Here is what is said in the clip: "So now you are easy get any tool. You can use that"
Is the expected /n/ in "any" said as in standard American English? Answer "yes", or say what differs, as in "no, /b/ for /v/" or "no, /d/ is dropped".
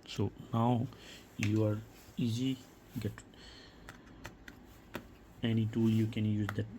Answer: yes